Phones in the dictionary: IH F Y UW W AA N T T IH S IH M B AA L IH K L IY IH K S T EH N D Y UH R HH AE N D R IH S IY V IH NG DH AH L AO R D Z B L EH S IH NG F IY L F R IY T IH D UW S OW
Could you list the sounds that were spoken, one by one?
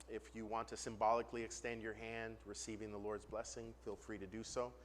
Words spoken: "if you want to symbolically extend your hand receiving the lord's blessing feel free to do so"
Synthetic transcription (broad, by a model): IH F Y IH W AA N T T IH S IH M B AA L IH K L IY IH K S T EH N D Y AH R HH AE N D R IH S IY V IH NG DH AH L AO R D Z B L EH S IH NG F IY L F R IY T IH D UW S OW